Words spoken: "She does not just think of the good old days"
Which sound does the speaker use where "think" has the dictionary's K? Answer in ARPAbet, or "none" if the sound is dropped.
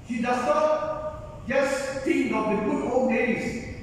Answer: none